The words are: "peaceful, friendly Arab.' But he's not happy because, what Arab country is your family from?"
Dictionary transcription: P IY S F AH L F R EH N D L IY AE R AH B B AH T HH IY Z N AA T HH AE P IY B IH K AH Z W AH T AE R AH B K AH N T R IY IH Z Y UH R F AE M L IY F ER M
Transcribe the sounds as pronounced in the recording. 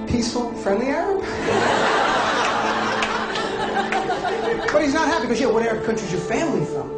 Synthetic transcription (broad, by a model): P IY S F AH L F R EH N D L IY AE R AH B B AH T HH IY Z N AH T HH AE P IY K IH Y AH W AH T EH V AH K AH N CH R IY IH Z Y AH R F AE M L IY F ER